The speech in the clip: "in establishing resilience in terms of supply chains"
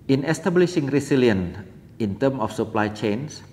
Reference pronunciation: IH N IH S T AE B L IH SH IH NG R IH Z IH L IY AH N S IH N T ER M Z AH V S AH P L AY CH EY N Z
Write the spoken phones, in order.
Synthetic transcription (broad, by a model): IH N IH S T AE B L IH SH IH NG R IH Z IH L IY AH N IH N T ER M AH F S AH P L AY CH EY N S